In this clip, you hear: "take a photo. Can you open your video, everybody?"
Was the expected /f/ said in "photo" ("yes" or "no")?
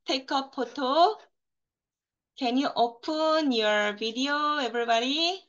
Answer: no